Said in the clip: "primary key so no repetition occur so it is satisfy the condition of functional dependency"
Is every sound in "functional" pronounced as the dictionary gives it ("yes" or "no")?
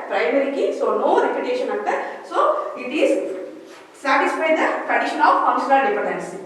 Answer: no